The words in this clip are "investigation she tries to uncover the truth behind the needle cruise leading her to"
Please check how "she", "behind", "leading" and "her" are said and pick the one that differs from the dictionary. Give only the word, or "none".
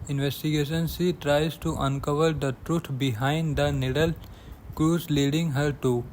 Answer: she